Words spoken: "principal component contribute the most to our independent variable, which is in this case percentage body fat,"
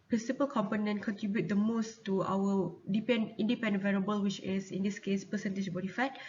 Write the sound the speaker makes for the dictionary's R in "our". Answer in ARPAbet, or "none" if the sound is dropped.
W